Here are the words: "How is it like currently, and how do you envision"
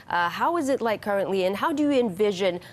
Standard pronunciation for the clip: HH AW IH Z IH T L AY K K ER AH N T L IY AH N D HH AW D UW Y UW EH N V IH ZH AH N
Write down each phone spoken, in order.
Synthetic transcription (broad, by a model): HH AW IH Z IH T L AY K K ER AH N T L IY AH N HH AW D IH Y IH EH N V IH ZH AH N